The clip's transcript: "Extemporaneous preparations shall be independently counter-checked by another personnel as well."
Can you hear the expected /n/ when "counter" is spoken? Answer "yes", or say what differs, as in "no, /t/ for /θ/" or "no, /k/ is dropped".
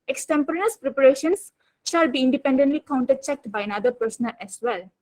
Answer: yes